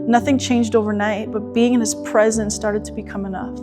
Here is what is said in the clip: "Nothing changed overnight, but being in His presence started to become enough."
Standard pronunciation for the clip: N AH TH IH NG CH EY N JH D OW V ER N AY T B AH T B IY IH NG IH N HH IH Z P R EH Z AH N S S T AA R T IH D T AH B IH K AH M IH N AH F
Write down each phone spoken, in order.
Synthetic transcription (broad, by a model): N AH TH IH NG CH EY N JH D OW V ER N AY T B AH T B IY IH NG IH N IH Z P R EH Z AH N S S T AA R T IH D T AH B IH K AH M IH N AH F